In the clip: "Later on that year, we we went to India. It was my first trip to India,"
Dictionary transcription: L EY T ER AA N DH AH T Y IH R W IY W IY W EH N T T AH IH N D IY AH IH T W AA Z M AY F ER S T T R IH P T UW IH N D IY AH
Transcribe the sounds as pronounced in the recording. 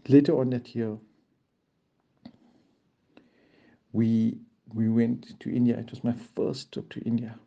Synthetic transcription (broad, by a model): L EY T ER AA N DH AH T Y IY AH W IY W IY W EH N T T IH N D IY AH IH T W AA S M AY F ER S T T AO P T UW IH N D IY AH